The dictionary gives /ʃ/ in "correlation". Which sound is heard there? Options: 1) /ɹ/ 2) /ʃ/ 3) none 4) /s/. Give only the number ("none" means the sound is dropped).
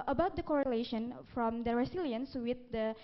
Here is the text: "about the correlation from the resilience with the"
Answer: 2